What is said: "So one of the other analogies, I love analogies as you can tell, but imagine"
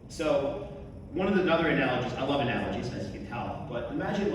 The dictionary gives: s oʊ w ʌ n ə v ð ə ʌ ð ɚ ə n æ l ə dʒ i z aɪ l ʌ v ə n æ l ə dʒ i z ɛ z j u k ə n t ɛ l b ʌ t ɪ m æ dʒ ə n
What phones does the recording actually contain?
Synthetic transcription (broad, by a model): s oʊ w ʌ n ə v ð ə ʌ ð ɚ ə n æ l ə dʒ i z aɪ l ʌ v ə n æ l ə dʒ i z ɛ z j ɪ k ə n t ɛ l b ʌ t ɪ m æ dʒ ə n